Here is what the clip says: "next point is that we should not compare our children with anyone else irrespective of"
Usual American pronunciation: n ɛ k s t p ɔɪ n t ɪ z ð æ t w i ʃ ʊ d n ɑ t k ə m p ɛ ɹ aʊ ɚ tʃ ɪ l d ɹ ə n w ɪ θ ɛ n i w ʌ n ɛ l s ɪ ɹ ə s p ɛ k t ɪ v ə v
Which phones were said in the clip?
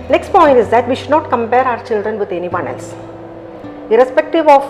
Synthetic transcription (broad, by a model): n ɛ k s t p ɔɪ n t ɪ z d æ t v i ʃ ʊ d n ɑ t k ə m p ɛ ɹ aʊ ɚ tʃ ɪ l d ɹ ə n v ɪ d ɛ n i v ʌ n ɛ l s ɪ ɹ ə s p ɛ k t ɪ v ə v